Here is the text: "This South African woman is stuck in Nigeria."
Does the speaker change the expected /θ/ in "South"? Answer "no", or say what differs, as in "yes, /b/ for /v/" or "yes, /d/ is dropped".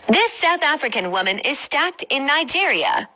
no